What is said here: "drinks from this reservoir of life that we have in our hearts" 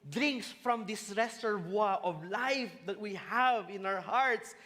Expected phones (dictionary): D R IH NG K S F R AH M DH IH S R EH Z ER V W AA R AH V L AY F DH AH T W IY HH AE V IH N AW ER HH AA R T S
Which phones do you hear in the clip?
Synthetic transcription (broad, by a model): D R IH NG K S F R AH M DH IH S R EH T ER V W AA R AH V L AY F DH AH T W IY HH AE V IH N AW ER HH AA R T S